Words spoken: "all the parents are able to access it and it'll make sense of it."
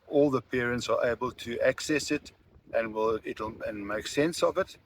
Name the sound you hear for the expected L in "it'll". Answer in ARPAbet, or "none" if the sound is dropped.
N